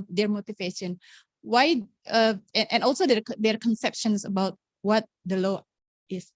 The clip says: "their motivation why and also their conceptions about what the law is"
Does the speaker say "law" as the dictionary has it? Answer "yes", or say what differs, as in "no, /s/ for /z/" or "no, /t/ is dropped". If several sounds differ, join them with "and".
yes